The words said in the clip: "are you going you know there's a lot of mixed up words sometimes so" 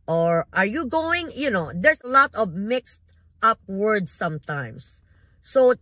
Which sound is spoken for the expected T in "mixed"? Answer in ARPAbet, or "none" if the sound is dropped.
T